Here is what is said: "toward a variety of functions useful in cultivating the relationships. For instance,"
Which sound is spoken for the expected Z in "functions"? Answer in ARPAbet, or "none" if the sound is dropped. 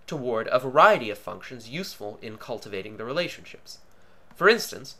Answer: Z